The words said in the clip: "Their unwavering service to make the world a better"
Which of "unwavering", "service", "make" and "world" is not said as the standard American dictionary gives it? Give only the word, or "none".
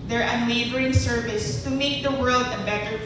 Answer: unwavering